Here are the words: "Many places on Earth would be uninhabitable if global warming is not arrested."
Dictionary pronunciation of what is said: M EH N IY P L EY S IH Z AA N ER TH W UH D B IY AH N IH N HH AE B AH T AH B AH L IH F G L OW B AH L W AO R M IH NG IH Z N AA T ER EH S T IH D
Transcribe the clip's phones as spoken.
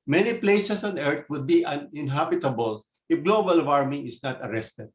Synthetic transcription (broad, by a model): M EH N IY P L EY S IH S AA N ER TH W UH D B IY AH N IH N HH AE B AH T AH B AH L IH F G L OW B AH L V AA R M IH NG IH S N AA T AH EH S T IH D